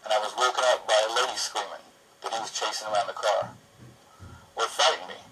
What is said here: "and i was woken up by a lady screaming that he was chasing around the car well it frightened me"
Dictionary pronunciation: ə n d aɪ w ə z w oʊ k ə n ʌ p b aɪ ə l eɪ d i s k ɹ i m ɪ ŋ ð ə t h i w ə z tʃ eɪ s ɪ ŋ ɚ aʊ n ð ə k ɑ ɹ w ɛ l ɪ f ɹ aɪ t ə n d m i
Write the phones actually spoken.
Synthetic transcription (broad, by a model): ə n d aɪ w ə z w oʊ k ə ʊ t b aɪ ə l eɪ d i s k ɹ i m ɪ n ð ə t h i w ə z tʃ eɪ s ɪ ŋ ɚ aʊ n ð ə k ɑ ɹ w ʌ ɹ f aɪ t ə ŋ m i